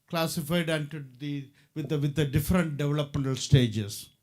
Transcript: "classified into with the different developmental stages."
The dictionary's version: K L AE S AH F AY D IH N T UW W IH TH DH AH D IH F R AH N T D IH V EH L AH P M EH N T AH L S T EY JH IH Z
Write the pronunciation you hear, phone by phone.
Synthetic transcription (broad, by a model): K L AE S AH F AY D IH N T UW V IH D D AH D IH F R AH N T D IH V EH L AH P M EH N T AH L S T EY JH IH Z